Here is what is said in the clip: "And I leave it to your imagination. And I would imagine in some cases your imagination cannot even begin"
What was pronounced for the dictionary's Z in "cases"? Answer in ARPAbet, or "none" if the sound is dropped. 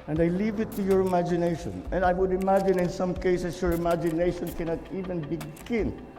S